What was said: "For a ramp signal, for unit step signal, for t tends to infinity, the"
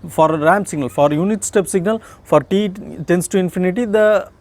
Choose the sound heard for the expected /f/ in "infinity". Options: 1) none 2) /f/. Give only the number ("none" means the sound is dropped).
2